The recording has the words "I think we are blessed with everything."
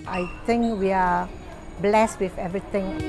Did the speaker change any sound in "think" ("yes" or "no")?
yes